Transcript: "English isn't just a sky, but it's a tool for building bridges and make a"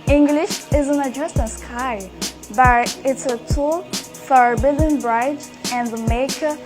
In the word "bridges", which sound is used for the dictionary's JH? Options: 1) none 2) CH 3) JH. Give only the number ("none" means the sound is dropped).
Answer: 1